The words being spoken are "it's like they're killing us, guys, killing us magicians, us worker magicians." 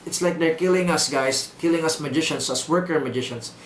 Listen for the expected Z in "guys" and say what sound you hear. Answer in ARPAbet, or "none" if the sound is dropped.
S